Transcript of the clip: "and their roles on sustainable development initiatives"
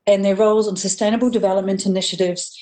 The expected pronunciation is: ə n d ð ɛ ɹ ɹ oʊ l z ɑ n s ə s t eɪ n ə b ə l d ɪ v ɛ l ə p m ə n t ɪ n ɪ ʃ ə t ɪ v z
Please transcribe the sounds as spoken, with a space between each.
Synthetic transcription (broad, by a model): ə n ð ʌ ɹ ɹ oʊ l z n s ə s t eɪ n ə b ə l d ɪ v ɛ l ə p m ə n t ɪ n ɪ ʃ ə t ɪ v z